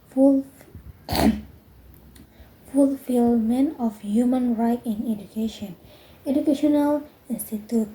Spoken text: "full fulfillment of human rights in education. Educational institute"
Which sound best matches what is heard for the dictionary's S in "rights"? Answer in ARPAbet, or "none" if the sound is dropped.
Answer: none